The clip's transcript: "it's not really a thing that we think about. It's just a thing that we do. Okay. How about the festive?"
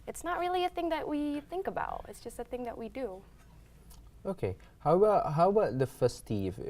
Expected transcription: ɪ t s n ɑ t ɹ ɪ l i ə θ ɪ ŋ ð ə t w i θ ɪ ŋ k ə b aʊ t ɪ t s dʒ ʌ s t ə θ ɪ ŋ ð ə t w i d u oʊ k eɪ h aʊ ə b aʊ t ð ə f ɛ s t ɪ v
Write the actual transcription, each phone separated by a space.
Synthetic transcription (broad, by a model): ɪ t s n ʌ t ɹ ɪ l i ə θ ɪ ŋ ð ə t w i θ ɪ ŋ k ə b aʊ t ɪ t s dʒ ʌ s t ə θ ɪ ŋ ð ə t w i d u oʊ k eɪ h aʊ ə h aʊ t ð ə f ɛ s t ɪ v